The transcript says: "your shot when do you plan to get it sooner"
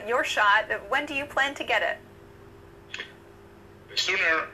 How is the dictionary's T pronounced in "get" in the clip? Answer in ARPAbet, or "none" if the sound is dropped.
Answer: T